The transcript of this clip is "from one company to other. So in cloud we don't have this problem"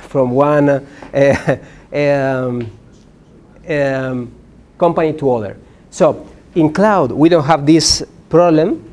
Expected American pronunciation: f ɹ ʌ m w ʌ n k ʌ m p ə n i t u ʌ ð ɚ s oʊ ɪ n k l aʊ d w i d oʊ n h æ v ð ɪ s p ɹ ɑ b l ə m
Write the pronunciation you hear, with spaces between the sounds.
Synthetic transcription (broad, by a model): f ɹ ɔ m w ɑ n k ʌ m p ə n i t u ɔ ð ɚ s oʊ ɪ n k l aʊ d w i d oʊ n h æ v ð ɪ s p ɹ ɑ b l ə m